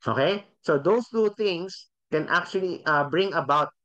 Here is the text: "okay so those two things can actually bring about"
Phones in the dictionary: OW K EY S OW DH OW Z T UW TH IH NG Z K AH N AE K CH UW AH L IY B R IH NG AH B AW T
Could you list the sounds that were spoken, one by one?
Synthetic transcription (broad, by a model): OW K EY S OW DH OW S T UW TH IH NG S K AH N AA K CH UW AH L IY B R IH NG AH B AW T